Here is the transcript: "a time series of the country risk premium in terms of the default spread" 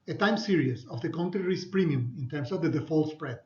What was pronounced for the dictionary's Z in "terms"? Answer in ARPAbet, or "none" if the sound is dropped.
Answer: S